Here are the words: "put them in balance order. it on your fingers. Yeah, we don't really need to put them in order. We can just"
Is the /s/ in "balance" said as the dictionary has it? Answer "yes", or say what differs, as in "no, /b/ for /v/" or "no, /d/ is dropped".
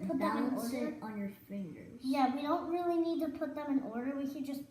no, /s/ is dropped